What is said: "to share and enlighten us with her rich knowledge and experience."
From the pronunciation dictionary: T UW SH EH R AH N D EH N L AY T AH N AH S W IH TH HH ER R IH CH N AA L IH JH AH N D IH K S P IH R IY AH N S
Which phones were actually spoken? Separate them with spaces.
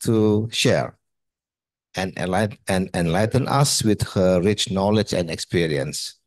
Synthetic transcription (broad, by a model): T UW SH EH R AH N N EH N L AY T AH N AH S W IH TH HH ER R IH CH N AA L IH JH AH N D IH K S P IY R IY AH N S